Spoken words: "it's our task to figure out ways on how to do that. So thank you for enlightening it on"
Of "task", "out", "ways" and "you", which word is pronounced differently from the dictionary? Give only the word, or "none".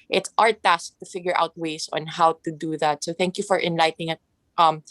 ways